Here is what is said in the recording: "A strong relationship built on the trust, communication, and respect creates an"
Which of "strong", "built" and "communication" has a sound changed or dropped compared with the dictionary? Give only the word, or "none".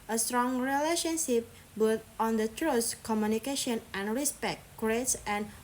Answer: built